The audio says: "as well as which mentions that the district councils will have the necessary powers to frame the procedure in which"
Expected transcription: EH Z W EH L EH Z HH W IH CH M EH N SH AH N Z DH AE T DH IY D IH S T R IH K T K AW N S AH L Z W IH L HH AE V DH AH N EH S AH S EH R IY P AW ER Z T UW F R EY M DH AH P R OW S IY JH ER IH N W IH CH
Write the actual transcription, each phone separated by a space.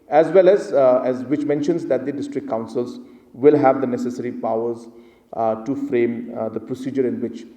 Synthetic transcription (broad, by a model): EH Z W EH L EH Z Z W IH CH M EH N SH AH N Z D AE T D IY D IH S T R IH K K AW N S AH L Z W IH L HH AE V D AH N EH S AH S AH R IY P AW ER Z T UW F R EY M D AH P R OW S IY JH ER IH N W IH CH